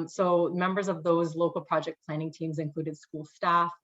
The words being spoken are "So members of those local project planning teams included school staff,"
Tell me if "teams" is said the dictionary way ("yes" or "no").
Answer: yes